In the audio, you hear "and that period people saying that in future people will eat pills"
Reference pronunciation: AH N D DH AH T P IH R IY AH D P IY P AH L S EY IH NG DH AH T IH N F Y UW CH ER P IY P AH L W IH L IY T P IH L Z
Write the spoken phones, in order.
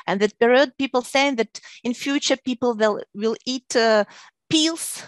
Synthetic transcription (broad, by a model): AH N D DH AH T B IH R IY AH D P IY P AH L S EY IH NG DH AH T IH N F Y UW CH ER P IY P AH L W IH L IY T P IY L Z